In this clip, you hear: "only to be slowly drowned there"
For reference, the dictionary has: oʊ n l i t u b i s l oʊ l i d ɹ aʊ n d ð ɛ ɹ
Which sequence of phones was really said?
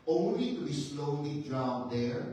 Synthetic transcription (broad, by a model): oʊ n l i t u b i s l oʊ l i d ɹ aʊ d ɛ ɹ